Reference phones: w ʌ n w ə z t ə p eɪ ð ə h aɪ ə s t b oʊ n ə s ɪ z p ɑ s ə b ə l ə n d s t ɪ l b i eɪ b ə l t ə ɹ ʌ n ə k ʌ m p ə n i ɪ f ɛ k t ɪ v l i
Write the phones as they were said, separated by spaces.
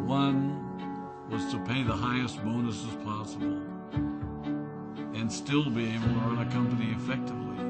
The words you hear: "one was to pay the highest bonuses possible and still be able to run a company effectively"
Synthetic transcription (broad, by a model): w ʌ n w ə z t ə p eɪ ð ə h aɪ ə s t b oʊ n ə s ɪ z p ɑ s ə b l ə n s t ɪ l b i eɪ ə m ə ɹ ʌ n ə k ʌ m p ə n i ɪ f ɛ k t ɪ v l i